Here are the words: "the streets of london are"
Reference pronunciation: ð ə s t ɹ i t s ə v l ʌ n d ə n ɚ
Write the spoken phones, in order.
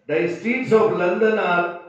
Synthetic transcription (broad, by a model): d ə s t i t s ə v l ʌ n d ə n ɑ